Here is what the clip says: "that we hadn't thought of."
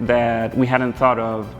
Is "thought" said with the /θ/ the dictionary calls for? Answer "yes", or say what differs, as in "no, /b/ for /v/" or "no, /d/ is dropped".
yes